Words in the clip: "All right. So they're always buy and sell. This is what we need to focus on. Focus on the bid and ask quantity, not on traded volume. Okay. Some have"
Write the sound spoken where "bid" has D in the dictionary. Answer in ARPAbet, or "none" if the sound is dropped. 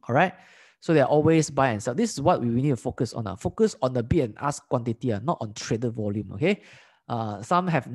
none